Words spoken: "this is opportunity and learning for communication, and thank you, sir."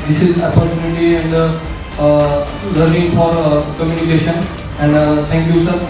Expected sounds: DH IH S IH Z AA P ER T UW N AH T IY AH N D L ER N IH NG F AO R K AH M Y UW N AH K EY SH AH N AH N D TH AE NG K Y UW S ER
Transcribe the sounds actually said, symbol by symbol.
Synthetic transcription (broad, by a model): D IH S IH Z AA P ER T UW N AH T IY AH N D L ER IH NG F AO R K AH M Y UW N AH K EY SH AH N AH N D T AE NG K Y UW S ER